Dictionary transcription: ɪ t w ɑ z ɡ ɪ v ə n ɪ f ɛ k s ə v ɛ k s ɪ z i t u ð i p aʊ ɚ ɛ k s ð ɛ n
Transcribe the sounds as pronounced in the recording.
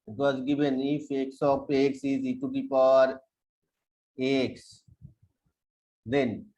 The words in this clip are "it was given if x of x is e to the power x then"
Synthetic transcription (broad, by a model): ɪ t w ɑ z ɡ ɪ v ə n ɪ f ɛ k s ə p ɛ k s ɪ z i t u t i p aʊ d ɛ k s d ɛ n